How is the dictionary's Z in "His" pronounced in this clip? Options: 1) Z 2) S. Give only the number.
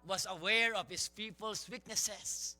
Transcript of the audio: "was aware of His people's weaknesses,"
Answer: 2